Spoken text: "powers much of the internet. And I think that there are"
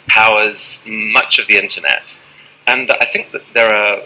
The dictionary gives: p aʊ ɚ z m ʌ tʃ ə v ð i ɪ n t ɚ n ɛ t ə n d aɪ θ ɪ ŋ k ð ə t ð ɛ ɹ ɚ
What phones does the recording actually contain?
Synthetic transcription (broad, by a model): p aʊ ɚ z m ʌ tʃ ə v ð i ɪ n t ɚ n ɛ t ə n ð aɪ θ ɪ ŋ k ð ə t ð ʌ ɹ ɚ